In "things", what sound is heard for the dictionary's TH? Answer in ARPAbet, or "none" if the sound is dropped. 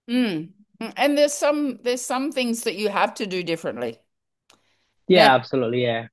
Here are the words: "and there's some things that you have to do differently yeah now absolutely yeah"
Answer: TH